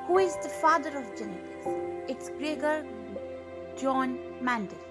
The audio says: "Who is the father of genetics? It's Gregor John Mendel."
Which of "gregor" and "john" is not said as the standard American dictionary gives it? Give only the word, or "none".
none